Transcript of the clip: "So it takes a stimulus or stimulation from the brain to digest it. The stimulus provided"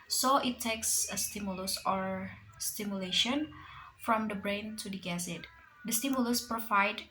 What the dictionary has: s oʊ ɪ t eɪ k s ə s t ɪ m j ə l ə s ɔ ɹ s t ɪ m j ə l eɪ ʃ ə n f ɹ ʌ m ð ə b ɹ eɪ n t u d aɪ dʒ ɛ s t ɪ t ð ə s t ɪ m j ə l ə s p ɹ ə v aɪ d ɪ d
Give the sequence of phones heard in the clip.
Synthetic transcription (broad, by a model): s oʊ ɪ t eɪ k s ə s t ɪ m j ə l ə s ɔ ɹ s t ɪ m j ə l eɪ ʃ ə n f ɹ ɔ m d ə b ɹ eɪ n t u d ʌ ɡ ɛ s ɪ t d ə s t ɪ m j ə l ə s p ɹ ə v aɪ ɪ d